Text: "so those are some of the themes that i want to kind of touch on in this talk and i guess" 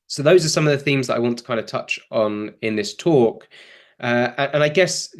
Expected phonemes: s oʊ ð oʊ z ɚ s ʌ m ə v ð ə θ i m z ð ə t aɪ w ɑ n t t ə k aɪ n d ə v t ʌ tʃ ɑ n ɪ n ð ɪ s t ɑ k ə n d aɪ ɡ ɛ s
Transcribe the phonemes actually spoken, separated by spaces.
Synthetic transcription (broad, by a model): s oʊ ð oʊ z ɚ s ʌ m ə v ð ə θ i m z ð ə t aɪ w ɑ n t t ə k aɪ n d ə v t ʌ tʃ n ɪ n ð ɪ s t ɑ k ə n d aɪ ɡ ɛ s